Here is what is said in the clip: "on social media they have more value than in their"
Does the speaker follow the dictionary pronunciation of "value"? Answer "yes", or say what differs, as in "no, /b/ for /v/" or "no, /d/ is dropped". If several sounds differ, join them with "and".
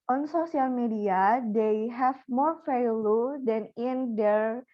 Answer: no, /f/ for /v/